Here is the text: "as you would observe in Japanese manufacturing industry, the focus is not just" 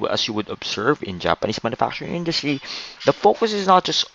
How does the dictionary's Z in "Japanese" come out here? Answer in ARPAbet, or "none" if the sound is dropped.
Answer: S